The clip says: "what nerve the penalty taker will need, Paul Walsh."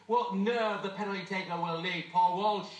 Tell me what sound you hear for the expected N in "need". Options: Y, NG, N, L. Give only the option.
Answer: L